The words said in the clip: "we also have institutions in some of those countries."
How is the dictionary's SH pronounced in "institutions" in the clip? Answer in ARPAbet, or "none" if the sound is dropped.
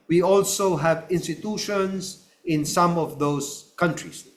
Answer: SH